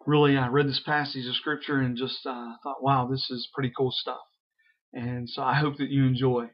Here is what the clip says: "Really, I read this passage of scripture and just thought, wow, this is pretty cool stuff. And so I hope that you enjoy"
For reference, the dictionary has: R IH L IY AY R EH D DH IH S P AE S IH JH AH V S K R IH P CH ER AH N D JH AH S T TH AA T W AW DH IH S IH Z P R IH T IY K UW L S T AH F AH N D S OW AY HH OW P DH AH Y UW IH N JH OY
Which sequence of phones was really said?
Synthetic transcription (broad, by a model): R IH L IY AY R EH D DH IH S P AE S IH JH AH V S K R IH P CH ER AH N JH AH S T TH AA T W AW DH IH S IH Z P R IH T IY K UW L S T AH F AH N S OW AY HH OW P DH AH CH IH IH N JH OY